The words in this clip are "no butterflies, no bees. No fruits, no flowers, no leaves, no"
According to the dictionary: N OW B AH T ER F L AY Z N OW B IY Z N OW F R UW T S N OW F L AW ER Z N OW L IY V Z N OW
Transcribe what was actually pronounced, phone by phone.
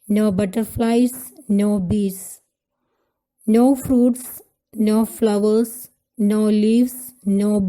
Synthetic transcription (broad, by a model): N OW B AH T ER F L AY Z N OW B IY S N OW F R UW T S N OW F L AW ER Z N OW L IY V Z N OW